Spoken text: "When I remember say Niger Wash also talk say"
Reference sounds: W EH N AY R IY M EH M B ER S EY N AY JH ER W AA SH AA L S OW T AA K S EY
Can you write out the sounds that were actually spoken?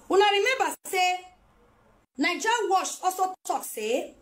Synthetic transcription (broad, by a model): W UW N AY R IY M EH M B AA S EY N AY JH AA W AA SH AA S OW T AA K S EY